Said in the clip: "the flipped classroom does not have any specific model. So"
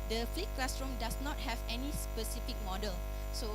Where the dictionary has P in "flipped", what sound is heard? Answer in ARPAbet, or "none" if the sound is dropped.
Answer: none